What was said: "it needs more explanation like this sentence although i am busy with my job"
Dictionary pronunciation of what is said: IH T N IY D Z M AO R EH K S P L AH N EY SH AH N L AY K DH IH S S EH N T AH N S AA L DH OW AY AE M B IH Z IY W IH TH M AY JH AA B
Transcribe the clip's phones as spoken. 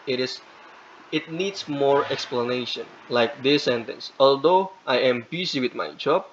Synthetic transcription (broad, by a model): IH T N IY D S M AO R EH K S P L AH N EY SH AH N L AY K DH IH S S EH N T AH N S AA L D OW AY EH M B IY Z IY W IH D M AY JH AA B